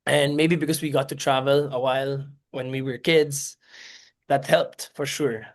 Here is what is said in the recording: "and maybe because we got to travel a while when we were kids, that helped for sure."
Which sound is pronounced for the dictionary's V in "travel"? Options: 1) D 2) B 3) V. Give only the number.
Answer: 3